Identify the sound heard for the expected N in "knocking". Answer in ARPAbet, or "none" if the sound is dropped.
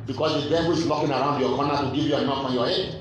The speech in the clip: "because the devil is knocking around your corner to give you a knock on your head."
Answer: L